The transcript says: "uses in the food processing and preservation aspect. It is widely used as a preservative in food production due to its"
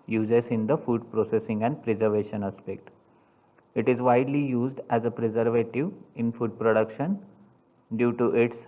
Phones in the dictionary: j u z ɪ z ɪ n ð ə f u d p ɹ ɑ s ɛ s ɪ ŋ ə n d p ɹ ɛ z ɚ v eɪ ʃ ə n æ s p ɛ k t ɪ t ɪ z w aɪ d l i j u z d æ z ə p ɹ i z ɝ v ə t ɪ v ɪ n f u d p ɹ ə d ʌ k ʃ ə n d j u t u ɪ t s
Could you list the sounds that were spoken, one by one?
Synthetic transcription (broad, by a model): j u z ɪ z ɪ n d ə f u d p ɹ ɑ s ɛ s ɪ ŋ ə n d p ɹ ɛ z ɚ v eɪ ʃ ə n æ s p ɛ k t ɪ t ɪ z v aɪ d l i j u z d æ z ə p ɹ i z ɝ v ə t ɪ v ɪ n f u d p ɹ ə d ʌ k ʃ ə n d j u t u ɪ t s